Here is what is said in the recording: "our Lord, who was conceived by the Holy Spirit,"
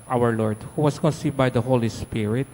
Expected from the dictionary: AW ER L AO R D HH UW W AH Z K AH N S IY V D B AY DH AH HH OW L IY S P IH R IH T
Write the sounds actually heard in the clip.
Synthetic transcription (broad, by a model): AW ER L AO R D HH UW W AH S K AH N S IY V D B AY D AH HH OW L IY S P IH R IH T